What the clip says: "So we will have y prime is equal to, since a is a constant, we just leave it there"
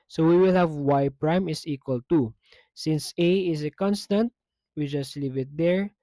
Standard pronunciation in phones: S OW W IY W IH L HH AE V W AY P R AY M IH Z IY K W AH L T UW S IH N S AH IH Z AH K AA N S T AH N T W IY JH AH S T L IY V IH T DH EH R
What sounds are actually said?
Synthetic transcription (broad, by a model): S OW W IY W IH L HH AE V W AY P R AY M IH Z IY K W AH L T UW S IH N S AH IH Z AH K AA N S T AH N T W IY JH AH S T L IY V IH T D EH R